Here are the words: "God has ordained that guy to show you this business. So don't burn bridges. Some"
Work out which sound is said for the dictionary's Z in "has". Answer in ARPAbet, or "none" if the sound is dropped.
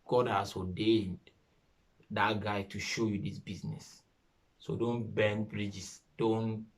S